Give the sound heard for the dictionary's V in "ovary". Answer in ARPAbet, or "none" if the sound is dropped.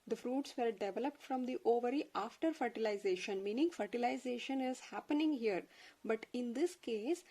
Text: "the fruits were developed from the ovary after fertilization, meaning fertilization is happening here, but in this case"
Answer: V